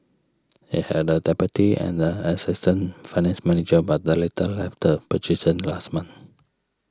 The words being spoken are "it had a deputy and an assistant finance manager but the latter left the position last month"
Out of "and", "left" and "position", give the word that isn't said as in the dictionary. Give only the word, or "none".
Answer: position